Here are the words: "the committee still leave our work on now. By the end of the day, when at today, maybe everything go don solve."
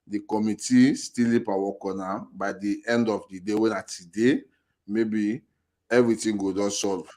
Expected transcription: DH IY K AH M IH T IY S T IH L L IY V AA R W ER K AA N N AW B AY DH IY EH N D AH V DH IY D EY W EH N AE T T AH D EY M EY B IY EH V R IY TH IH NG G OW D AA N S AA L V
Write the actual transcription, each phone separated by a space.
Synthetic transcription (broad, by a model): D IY K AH M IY T IY S T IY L L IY P AA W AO K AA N N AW B AY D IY EH N D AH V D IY D EY W EH N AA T T AH D EY M EY B IY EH V R IY T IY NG G OW D AA N S AA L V